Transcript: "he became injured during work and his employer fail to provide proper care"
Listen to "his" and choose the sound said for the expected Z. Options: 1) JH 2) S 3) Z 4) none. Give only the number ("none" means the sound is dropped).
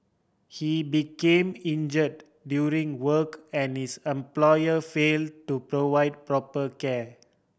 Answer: 2